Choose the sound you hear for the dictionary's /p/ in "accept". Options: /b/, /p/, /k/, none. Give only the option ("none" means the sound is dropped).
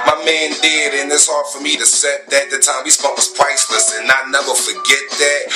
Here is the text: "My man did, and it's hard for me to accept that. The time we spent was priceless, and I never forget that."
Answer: none